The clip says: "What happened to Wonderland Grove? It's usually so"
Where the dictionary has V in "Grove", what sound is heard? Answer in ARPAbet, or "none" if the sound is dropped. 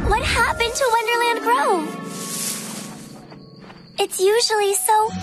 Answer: none